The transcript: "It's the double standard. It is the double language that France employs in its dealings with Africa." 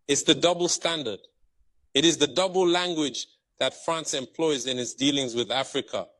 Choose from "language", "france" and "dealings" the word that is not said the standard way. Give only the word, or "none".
none